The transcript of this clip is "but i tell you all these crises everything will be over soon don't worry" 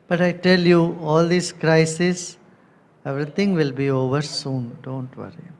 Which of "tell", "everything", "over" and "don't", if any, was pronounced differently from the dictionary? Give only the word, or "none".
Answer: everything